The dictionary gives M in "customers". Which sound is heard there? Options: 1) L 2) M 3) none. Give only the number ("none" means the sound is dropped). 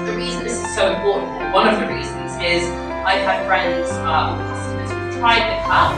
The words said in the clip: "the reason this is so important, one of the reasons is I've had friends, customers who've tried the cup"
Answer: 3